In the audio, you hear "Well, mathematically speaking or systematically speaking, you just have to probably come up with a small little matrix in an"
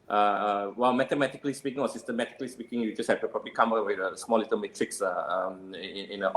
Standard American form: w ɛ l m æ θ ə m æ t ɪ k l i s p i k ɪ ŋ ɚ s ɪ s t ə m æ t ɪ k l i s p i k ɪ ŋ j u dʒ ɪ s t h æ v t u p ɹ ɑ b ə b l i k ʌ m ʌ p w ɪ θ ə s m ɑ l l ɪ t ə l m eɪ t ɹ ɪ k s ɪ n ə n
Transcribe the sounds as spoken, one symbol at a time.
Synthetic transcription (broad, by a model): w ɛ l m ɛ t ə m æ t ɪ k l i s p i k ɪ ŋ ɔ s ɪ s t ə m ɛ t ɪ k l i s p i k ɪ ŋ j u dʒ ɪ s h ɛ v t u p ɹ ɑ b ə l i k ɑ m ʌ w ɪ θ ə s m ɑ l l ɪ t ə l m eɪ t ɹ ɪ k s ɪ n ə n